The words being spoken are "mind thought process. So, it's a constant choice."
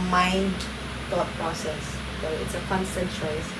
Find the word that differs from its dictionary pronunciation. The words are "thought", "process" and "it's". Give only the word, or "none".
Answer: thought